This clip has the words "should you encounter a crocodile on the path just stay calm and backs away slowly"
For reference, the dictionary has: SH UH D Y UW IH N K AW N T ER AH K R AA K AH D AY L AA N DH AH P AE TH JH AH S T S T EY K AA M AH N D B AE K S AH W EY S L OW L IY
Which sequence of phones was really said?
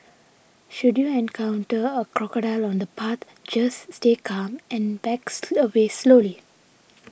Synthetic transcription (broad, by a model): SH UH D Y UW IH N K AW N T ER AH K R AA K AH D AY L AA N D AH P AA T JH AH S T S T EY K AA M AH N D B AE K S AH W EY S L OW L IY